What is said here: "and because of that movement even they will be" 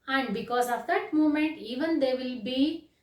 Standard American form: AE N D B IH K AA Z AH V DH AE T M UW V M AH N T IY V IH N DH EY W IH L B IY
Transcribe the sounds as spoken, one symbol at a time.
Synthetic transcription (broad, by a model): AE N D B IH K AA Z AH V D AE T M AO M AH N T IY V IH N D EY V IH L B IY